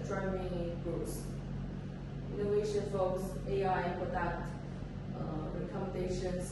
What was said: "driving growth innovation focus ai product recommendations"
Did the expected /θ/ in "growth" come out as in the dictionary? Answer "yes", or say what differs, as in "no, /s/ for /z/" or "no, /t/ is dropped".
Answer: no, /s/ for /θ/